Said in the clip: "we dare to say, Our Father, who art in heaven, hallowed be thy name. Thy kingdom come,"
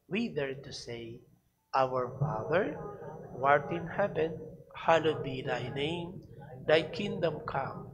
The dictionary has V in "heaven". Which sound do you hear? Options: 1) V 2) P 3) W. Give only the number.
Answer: 2